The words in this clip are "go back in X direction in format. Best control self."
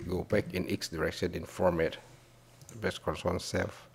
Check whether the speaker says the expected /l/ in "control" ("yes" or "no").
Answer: no